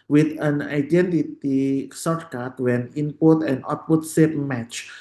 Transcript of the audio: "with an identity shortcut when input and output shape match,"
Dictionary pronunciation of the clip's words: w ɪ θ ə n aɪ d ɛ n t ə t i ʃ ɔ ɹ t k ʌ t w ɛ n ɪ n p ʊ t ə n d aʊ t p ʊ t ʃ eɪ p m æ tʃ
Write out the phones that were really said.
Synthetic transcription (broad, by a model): w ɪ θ ə n aɪ d ɛ n t ə t i s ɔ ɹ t k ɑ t w ɛ n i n p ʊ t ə n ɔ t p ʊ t s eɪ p m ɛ tʃ